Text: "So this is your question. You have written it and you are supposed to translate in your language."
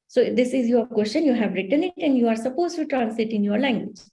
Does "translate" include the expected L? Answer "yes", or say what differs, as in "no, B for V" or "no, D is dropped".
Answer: no, L is dropped